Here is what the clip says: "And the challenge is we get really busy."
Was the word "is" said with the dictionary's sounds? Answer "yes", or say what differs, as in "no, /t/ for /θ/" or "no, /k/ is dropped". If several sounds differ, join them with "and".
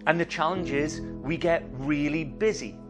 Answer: yes